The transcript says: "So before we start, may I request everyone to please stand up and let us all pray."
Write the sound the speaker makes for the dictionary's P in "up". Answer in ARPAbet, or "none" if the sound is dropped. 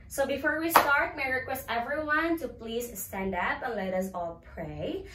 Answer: B